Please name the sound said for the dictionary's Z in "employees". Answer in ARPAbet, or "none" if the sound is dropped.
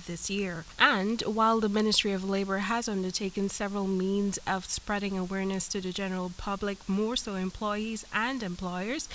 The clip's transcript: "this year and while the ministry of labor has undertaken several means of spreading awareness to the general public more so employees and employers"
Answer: Z